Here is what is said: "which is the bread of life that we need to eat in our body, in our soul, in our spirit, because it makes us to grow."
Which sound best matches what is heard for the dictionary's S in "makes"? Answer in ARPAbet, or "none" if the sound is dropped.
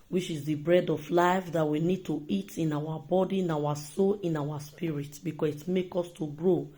none